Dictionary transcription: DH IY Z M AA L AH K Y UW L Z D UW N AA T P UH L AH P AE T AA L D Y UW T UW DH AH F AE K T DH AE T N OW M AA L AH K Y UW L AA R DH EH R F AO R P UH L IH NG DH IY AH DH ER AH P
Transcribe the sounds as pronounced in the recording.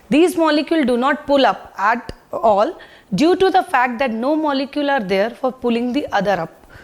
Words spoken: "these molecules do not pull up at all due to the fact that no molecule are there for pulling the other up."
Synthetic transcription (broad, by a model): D IY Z M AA L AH K Y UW L D UW N AA T P UH L AH P AE T AA L D Y UW T UW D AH F AE K T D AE T N OW M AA L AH K Y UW L AA R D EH R F AO R P UH L IH NG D IY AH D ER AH P